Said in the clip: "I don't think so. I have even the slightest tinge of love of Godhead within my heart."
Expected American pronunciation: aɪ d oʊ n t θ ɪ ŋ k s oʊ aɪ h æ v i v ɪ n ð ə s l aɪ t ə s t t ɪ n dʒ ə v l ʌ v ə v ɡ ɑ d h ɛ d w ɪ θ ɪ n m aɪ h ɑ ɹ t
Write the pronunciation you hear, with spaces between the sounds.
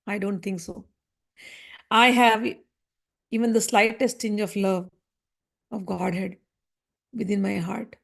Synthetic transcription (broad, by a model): aɪ d oʊ n t t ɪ ŋ k s oʊ aɪ h æ v i v ɪ n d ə s l aɪ t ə s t t ɪ n dʒ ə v l ʌ v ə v ɡ ɑ d h ɛ d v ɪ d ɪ n m aɪ h ɑ ɹ t